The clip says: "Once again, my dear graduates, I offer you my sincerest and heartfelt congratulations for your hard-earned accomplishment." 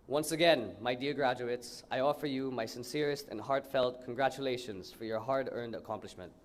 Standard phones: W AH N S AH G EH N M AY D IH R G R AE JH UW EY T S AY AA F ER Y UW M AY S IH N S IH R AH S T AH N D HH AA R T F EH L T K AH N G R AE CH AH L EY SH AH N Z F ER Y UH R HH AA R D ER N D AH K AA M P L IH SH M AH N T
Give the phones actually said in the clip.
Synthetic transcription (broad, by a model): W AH N S AH G EH N M AY D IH R G R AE JH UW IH T S AY AA F ER Y UW M AY S IH N S IH R AH S T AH N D HH AA R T F EH L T K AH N G R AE CH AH L EY SH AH N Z F ER Y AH R HH AA R D ER N D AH K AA M P L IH SH M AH N T